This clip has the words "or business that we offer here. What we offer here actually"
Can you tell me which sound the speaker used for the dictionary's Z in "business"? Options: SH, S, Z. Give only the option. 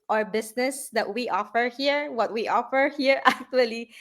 S